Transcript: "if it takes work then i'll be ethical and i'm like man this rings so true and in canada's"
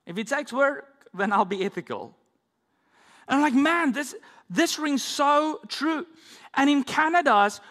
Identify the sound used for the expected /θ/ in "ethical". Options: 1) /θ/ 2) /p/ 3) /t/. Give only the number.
1